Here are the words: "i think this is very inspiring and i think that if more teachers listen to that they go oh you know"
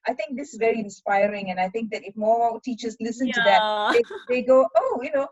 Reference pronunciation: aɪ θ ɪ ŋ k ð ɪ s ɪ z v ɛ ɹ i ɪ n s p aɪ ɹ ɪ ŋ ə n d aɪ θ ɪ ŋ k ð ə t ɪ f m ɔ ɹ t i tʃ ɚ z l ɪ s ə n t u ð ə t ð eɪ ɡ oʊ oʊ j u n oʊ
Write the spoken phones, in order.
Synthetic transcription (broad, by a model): aɪ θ ɪ ŋ k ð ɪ s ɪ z v ɛ ɹ i ɪ n s p aɪ ɹ ɪ ŋ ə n aɪ θ ɪ ŋ k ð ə t ɪ f m ɔ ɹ t i tʃ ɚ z l ɪ s ə n t u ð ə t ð eɪ ɡ oʊ oʊ j u n oʊ